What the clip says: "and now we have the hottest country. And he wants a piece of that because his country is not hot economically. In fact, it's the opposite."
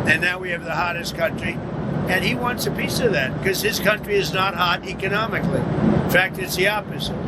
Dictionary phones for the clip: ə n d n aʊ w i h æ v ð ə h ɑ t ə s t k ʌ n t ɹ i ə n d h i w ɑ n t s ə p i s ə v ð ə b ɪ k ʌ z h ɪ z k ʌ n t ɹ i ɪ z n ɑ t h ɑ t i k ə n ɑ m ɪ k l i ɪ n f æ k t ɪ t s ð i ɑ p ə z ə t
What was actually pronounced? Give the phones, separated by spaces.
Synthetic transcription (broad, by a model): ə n n aʊ w i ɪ v ð ə h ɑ t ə s k ʌ n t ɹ i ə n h i w ɑ n t s ə p i s ə v ð ə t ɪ k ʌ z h ɪ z k ʌ n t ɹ i ɪ z n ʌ t h ɑ t i k ə n ɑ m ɪ k l i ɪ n f æ k t ɪ t s ð i ɑ p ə z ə t